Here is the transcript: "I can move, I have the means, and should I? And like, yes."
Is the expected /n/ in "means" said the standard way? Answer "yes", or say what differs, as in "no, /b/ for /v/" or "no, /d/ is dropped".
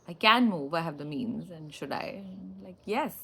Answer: yes